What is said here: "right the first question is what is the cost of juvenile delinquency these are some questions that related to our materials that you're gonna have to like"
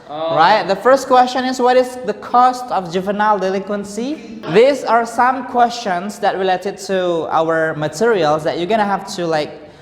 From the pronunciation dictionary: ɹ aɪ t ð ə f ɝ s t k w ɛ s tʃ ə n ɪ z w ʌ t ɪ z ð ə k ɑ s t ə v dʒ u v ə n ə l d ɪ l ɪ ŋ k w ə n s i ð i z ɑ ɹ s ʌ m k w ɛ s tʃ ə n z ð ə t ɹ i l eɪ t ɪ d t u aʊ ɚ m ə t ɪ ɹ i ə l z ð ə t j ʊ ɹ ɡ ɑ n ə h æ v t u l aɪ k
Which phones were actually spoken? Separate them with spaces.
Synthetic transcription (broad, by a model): ɹ aɪ t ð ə f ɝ s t k w ɛ s tʃ ə n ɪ s w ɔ t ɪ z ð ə k ɑ s t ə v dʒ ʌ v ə n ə l d ɪ l ɪ ŋ k w ə n s i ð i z ɑ ɹ s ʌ m k w ɛ s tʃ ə n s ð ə t ɹ i l eɪ t ɪ d t u aʊ ɚ m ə t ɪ ɹ i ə l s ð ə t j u ɡ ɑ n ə h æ f t u l aɪ k